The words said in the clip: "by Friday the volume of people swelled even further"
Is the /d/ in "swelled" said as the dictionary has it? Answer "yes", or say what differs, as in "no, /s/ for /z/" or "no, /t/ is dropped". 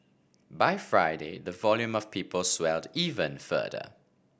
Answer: yes